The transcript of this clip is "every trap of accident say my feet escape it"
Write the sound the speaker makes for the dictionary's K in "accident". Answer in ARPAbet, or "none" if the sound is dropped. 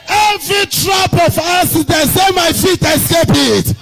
none